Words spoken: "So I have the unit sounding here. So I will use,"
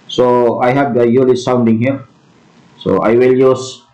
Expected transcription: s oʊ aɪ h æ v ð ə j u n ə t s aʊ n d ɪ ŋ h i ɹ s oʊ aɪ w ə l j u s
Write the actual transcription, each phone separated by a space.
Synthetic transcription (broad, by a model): s oʊ aɪ h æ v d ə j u l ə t s aʊ n d ɪ ŋ h i ɹ s oʊ aɪ w ə l j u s